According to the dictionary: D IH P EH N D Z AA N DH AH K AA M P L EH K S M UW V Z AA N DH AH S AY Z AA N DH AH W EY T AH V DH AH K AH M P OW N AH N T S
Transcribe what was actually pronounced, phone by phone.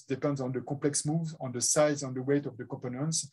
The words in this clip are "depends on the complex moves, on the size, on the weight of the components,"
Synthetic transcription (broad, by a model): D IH P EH N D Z AA N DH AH K AA P L EH K S M UW V Z AA N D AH S AY Z AA N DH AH W EY T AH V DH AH K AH P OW N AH N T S